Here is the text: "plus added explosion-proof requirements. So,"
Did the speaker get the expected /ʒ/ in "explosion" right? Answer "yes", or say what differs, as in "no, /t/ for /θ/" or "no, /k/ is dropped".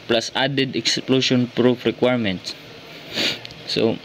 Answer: no, /ʃ/ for /ʒ/